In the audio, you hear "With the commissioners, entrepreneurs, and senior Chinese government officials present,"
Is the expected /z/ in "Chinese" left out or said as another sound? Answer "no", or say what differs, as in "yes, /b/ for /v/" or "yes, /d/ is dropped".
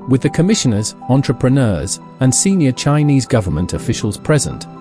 no